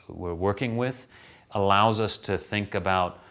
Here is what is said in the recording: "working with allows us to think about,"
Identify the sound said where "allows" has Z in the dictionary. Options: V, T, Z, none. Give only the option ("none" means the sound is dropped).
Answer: Z